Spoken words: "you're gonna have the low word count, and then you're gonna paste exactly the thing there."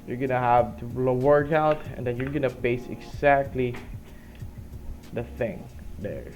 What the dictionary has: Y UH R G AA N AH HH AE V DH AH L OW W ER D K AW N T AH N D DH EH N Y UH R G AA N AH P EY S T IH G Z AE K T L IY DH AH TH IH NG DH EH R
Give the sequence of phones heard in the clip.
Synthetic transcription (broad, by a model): Y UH R G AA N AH HH AE V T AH L OW W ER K AW T AH N D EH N Y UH R G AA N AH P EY S IH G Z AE K T L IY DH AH TH IH NG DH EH R